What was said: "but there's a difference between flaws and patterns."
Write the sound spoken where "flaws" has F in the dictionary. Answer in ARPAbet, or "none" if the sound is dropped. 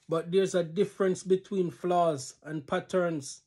F